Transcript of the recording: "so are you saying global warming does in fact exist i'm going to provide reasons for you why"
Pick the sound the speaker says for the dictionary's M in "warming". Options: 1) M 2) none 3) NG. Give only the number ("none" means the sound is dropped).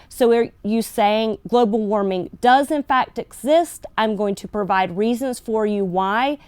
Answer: 1